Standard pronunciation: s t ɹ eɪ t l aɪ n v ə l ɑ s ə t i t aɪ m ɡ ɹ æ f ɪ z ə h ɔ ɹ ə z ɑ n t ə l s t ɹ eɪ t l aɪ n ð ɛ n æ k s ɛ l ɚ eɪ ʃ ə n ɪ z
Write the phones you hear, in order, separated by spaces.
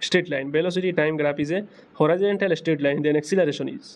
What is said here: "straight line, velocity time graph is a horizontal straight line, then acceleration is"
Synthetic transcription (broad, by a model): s t ɹ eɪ t l aɪ n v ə l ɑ s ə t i t aɪ m ɡ ɹ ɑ p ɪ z ə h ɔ ɹ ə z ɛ n t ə l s t ɹ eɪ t l aɪ n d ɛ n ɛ k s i l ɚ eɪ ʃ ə n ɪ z